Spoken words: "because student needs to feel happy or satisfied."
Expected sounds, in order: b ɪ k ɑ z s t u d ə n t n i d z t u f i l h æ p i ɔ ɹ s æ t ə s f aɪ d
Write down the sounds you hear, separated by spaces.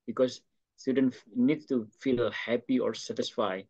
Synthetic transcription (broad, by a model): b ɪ k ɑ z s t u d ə n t n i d t u f i l h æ p i ɔ ɹ s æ t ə s f aɪ